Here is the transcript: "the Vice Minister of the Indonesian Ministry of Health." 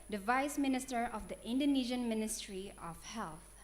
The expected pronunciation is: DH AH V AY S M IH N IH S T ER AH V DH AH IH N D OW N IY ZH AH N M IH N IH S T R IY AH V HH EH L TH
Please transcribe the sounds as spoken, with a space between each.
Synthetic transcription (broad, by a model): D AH V AY S M IH N IH S T ER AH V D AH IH N D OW N IY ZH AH N M IH N IH S T R IY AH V HH EH L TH